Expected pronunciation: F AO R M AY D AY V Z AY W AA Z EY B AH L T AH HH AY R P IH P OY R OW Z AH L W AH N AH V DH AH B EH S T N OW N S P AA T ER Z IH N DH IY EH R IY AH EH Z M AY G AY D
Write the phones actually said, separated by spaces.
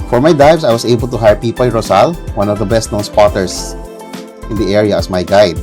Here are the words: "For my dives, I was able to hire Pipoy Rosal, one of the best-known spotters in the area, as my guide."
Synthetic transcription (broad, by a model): F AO R M AY D AY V S AY W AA S EY B AH L T AH HH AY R P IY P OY R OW S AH L W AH N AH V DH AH B EH S T N OW N S P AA T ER S IH N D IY EH R IY AH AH S M AY G AY D